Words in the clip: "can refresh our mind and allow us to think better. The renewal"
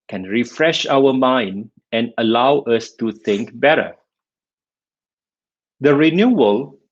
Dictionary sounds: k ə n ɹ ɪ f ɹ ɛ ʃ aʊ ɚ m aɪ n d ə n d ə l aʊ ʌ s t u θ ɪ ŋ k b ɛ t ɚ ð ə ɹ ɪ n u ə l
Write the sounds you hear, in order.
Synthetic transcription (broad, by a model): k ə n ɹ ɪ f ɹ ɛ ʃ aʊ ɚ m aɪ n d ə n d ə l aʊ ʌ s t u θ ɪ ŋ k b ɛ t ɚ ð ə ɹ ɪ n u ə l